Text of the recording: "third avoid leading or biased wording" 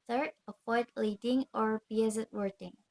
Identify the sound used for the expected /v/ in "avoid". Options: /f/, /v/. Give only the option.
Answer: /f/